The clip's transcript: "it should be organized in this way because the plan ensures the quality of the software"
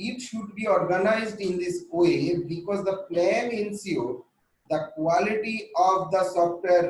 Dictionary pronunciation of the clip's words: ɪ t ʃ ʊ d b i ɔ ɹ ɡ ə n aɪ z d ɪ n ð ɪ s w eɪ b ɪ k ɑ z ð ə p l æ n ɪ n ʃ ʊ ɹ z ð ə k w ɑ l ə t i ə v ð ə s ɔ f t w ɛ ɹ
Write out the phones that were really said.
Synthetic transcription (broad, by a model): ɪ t ʃ ʊ d b i ɔ ɹ ɡ ə n aɪ z d ɪ n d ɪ s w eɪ b ɪ k ɑ z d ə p l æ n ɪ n s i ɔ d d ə k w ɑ l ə t i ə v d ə s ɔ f t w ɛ ɹ